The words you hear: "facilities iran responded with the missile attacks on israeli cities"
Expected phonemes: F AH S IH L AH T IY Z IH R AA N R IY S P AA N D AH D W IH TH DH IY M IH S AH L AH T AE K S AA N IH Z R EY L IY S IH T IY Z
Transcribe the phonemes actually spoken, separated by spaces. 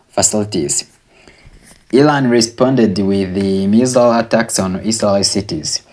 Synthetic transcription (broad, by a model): F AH S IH L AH T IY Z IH L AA N R IY S P AA N D AH D W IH DH IY M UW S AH L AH T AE K S AA N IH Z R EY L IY S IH T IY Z